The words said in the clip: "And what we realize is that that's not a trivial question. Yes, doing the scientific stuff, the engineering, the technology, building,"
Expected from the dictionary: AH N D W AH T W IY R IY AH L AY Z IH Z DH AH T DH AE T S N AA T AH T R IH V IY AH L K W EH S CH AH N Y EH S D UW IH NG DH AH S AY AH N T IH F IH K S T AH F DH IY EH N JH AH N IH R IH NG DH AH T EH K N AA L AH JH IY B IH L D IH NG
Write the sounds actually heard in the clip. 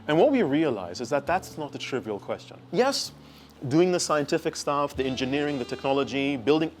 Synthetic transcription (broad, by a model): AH N W AH T W IY R IY AH L AY Z IH Z DH AH T DH AE T S N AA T AH T R IH V IY AH L K W EH S CH AH N Y EH S D UW IH NG DH AH S AY AH N T IH F IH K S T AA F DH IY EH N JH AH N IH R IH NG DH AH T EH K N AA L AH JH IY B IH L D IH NG